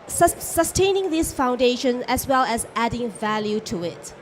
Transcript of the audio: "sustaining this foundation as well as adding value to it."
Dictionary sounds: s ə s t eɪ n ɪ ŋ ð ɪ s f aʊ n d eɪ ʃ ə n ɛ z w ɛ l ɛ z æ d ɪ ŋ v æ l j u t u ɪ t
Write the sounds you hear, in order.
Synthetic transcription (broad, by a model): s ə s t eɪ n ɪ ŋ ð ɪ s f aʊ n d eɪ ʃ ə n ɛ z w ɛ l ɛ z æ d ɪ ŋ v æ l j u t u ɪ t